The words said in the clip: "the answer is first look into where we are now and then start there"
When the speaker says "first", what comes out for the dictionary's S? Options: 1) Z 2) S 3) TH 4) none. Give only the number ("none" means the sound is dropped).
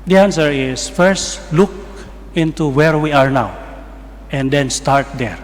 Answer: 2